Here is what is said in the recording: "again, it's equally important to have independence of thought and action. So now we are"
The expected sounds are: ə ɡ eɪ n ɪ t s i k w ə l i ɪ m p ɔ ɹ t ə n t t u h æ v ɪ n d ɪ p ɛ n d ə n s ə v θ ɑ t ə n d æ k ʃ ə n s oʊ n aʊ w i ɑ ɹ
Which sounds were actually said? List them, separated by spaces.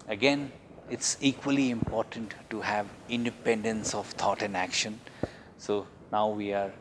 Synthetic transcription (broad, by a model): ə ɡ eɪ n ɪ t s i k w ə l i ɪ m p ɔ ɹ t ə n t t u h æ v ɪ n d ɪ p ɛ n d ə n s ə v t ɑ t ə n d æ k ʃ ə n s oʊ n aʊ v i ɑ ɹ